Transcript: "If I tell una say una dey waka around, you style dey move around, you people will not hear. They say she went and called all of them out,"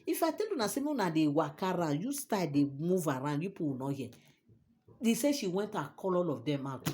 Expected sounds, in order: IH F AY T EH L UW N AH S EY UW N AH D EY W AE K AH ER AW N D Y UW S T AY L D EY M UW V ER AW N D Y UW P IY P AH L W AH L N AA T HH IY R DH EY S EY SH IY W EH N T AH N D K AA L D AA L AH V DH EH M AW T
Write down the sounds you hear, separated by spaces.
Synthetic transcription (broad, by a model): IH F AY T EH L UW N AH S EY UW N AH D EY W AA K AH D AW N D Y UW S T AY D EY M UW V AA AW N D Y UW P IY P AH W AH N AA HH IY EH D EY S EY SH IY W EH N T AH K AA L AA L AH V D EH M AW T